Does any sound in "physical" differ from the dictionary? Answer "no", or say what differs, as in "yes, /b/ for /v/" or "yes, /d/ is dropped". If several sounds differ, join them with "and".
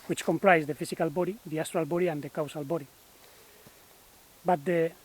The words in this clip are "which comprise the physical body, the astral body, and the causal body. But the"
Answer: yes, /s/ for /z/